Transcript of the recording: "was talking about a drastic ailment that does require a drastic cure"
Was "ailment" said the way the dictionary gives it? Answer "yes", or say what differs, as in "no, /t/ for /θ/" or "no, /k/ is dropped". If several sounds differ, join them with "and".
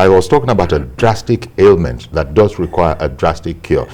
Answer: yes